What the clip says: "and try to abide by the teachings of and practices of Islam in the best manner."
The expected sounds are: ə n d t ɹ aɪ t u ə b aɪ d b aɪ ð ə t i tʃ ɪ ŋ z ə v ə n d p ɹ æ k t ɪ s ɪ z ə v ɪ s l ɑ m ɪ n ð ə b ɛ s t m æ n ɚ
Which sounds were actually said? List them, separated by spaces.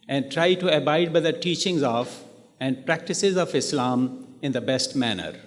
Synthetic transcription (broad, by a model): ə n d t ɹ aɪ t u ə b aɪ d b aɪ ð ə t i tʃ ɪ ŋ z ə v ə n d p ɹ æ k t ɪ s ɪ z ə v ɪ s l ɑ m ɪ n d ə b ɛ s t m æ n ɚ